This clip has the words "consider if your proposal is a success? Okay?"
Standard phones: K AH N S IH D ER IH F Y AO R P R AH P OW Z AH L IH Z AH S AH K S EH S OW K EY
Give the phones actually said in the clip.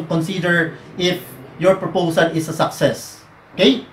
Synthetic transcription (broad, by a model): K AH N S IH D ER IH F Y AO R P R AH P OW S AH L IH S AH S AH K S EH S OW K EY